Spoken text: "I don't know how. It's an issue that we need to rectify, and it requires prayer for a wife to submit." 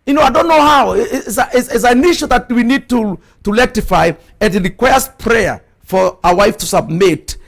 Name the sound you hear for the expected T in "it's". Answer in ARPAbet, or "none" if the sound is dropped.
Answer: S